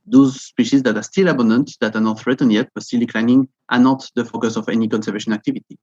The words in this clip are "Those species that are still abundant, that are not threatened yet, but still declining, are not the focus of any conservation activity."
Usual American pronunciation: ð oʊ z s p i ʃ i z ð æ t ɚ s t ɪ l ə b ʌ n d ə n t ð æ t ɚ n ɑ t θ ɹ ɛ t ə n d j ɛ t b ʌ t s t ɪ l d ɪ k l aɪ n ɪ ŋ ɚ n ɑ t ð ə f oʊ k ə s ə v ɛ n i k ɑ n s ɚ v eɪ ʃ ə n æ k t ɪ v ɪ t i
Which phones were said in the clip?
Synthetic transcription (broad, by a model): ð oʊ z s p i ʃ i z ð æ t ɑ s t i l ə b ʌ n d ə n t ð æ t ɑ n ɑ t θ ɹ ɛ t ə n j ɛ t b ʌ t s t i l d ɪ k l aɪ n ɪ ŋ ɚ n ɑ t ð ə f oʊ k ə s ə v ɛ n i k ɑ n s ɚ v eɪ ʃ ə n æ k t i v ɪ t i